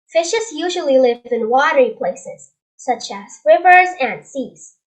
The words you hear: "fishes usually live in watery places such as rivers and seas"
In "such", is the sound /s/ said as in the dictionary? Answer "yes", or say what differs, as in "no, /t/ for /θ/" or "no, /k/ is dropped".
yes